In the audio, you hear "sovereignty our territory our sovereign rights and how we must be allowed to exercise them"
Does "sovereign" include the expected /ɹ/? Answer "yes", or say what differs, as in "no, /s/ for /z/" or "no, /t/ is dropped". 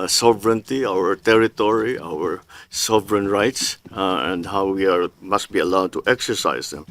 yes